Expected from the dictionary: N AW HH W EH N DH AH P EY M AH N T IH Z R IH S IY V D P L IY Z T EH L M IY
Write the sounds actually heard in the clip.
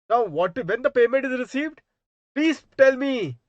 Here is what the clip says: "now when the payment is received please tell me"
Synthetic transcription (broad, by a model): N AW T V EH N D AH P EY M AH N T IH Z R IH S IY V D P L IY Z T EH L M IY